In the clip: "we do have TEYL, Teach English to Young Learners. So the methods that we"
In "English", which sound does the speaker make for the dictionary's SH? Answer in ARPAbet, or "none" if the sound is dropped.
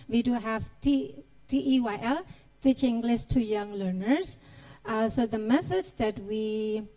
S